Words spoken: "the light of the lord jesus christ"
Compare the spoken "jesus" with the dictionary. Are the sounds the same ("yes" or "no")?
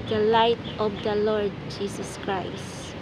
no